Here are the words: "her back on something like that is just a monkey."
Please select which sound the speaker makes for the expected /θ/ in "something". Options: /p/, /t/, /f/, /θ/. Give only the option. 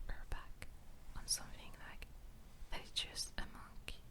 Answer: /f/